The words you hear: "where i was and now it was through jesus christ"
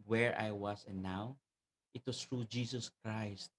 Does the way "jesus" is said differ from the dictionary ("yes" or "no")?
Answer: yes